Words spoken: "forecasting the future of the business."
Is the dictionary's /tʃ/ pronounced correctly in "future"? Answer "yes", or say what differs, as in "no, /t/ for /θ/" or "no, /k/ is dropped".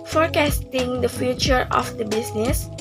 yes